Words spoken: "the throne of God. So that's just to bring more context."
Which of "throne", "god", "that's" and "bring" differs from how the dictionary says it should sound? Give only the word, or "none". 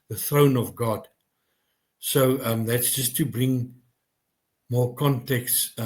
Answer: none